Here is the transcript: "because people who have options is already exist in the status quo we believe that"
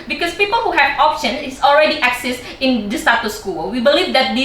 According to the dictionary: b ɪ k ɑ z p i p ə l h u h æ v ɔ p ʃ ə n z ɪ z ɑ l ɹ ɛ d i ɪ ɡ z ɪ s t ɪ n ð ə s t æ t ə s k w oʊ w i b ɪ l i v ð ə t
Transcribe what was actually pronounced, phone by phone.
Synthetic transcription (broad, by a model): b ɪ k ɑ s p i p ə l h u h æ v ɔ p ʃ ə n ɪ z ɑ l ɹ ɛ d i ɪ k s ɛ s ɪ n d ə s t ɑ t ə s k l w i b ɪ l i v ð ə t